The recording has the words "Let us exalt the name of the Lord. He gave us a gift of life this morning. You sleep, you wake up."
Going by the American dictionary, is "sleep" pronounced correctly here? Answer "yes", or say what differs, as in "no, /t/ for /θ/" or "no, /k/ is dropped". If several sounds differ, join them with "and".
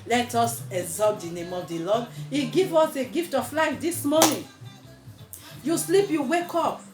yes